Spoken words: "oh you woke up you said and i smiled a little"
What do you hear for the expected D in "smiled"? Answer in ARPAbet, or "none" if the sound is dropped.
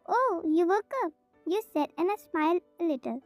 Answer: none